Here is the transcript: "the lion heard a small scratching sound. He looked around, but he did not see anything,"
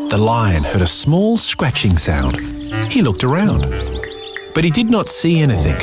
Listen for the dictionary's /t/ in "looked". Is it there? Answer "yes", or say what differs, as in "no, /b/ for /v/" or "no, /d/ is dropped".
yes